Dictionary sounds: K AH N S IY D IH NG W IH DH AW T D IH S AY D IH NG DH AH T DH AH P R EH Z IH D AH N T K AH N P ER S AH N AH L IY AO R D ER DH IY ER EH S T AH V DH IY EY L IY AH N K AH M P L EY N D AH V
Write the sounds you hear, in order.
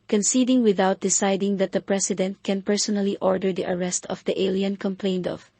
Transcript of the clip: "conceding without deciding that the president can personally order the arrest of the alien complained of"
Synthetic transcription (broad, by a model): K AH N S IY D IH NG W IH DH AW T D IH S AY D IH NG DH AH T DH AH P R EH S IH D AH N T K AH N P ER S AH N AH L IY AO R D ER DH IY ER EH S T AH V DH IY EY L IY AH N K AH M P L EY N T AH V